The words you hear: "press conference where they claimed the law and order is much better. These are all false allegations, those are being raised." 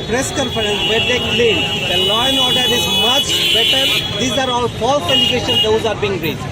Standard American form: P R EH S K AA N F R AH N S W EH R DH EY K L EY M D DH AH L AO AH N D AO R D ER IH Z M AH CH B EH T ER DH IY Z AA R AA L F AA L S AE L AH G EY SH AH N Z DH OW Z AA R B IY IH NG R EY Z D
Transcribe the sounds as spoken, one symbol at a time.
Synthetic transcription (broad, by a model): P R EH S K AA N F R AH N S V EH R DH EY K L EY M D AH L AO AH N AO R D ER IH Z M AH CH B EH T ER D IY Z AA R AA L P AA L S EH L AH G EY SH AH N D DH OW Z AA R B IY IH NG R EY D